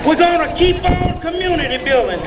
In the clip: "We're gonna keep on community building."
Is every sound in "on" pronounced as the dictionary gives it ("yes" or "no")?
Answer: no